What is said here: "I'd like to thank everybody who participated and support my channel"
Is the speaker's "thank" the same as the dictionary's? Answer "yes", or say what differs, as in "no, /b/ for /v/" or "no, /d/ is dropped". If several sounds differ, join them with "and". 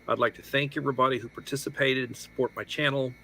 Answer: yes